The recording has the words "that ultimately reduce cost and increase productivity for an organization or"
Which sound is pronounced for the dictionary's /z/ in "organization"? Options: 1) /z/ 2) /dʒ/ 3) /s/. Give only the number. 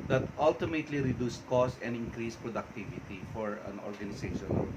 3